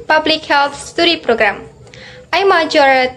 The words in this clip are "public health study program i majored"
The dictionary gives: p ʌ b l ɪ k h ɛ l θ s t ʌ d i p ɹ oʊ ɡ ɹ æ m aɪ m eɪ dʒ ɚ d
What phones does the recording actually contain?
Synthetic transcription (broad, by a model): p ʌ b l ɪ k h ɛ l s s t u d i p ɹ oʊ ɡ ɹ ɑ m aɪ m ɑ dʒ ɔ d